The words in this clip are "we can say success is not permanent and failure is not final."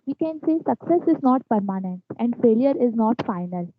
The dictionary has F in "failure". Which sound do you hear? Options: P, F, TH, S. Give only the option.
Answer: F